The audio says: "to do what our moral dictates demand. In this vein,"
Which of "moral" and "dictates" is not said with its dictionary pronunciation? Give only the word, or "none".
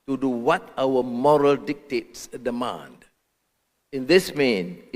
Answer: none